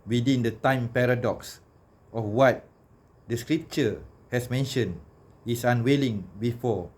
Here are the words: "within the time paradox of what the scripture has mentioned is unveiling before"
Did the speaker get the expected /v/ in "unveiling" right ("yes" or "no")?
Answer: no